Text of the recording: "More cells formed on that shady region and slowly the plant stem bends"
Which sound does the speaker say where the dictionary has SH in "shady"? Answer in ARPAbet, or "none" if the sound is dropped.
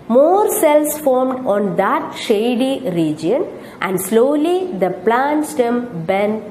SH